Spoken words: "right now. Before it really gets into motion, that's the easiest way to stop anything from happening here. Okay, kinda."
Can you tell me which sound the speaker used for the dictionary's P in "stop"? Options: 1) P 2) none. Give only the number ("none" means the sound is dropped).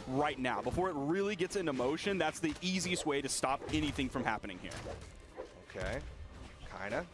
1